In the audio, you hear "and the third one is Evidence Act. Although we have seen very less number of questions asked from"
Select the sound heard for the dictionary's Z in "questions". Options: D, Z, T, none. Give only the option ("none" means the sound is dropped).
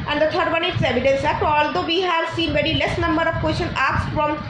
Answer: none